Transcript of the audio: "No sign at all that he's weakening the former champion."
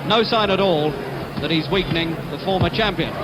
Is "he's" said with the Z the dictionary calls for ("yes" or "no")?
yes